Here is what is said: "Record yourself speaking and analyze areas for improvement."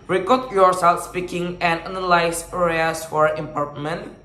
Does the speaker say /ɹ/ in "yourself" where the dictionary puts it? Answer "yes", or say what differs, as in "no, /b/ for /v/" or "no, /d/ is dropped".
yes